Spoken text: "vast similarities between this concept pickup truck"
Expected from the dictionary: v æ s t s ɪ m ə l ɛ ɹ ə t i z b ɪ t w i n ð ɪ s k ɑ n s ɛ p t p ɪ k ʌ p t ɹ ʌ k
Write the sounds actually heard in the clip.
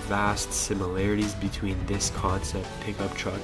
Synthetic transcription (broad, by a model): v æ s t s ɪ m ə l ɛ ɹ ə t i z b ɪ t w i n ð ɪ s k ɑ n s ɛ p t p ɪ k ʌ p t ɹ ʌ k